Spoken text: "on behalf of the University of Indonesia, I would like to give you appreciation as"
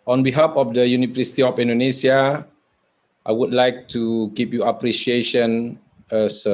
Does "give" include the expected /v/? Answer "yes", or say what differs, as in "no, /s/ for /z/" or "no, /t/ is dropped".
no, /p/ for /v/